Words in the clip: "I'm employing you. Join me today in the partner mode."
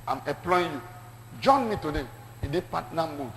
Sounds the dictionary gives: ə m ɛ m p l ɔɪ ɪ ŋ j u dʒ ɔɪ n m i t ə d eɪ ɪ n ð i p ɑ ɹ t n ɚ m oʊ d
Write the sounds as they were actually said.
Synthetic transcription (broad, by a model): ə m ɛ p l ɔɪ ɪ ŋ j u dʒ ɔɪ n m i t ə d eɪ ɪ n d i p ɑ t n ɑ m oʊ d